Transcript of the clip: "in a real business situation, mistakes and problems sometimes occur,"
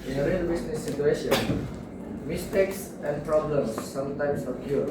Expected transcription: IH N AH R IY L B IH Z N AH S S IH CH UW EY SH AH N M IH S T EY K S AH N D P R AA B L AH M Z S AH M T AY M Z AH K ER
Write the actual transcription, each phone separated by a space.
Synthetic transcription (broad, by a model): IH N AH R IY L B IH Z N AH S S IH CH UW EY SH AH N M IH S T EY K S AH N D P R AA B L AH M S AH M T AY M S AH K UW